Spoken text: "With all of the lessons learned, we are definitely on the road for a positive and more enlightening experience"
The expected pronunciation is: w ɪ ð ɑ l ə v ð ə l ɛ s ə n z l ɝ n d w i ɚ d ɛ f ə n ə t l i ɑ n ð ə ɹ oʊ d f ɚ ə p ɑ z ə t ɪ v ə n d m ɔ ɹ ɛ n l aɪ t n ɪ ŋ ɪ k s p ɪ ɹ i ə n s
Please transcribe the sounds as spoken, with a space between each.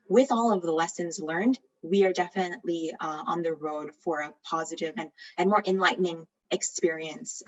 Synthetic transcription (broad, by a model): w ɪ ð ɑ l ə v ð ə l ɛ s ə n z l ɝ n d w i ɚ d ɛ f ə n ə t l i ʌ n ð ə ɹ oʊ d f ɚ ə p ɑ z ə t ɪ v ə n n m ɔ ɹ ɛ n l aɪ t n ɪ ŋ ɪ k s p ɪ ɹ i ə n s